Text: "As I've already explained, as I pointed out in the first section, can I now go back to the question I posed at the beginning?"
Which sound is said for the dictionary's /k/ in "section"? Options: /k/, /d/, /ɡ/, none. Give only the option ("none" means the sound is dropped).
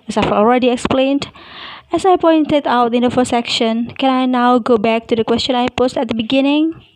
/k/